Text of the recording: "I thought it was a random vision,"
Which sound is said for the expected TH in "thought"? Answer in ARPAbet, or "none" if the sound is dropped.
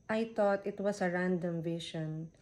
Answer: T